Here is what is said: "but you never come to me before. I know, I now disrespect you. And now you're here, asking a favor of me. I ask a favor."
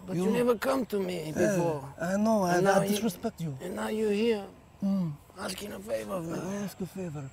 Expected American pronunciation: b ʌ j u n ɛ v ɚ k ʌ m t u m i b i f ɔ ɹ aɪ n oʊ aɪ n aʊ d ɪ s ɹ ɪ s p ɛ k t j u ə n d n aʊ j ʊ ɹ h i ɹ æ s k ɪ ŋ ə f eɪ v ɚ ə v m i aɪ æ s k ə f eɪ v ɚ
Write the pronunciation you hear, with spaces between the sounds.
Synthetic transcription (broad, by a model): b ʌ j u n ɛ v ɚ k ʌ m t u m i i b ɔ l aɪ n oʊ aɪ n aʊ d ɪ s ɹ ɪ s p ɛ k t j u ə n n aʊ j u h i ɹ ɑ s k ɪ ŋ ə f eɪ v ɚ ə v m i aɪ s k ə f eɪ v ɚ